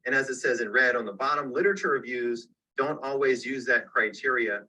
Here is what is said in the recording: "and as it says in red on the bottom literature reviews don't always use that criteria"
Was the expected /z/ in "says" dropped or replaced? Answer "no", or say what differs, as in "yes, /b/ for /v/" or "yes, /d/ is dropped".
no